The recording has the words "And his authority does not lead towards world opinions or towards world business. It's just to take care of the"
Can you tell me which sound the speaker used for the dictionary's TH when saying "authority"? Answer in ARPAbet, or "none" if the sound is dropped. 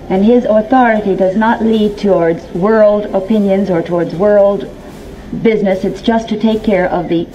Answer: TH